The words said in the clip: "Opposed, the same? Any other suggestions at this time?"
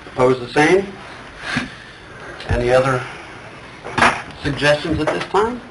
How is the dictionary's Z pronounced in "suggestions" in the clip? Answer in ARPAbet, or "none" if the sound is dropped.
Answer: Z